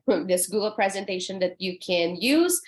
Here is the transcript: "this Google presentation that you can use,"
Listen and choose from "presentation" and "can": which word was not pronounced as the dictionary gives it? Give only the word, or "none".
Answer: none